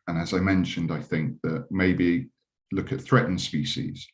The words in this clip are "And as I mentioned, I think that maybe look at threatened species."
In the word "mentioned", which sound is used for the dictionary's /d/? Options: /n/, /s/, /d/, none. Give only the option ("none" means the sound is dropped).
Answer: /d/